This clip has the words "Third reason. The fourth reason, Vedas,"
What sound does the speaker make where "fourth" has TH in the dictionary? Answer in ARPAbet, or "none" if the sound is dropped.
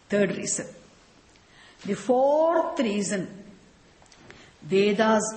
T